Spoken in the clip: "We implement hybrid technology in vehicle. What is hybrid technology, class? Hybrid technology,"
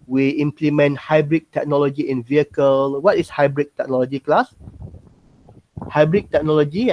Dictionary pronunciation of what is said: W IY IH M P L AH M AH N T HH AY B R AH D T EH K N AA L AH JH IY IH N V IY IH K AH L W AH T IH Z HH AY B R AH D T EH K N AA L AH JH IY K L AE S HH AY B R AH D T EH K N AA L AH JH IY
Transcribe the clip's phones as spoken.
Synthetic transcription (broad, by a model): W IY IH M P L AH M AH N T HH AY B R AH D T EH K N AA L AH JH IY IH N V IY IH K AH L W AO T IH S HH AY B R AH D T EH K N AA L AH JH IY K L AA S HH AY B R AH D T EH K N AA L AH JH IY